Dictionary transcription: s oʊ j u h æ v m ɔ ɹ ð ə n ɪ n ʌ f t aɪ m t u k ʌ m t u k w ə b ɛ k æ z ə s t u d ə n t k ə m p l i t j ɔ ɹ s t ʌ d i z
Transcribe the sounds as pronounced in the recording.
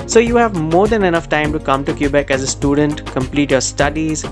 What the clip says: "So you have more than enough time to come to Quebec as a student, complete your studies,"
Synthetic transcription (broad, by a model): s oʊ j u h æ v m ɔ ɹ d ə n ɪ n ʌ f t aɪ m t u k ʌ m t u k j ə b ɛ k æ z ə s t u d ə n t k ə m p l i t j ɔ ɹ s t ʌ d i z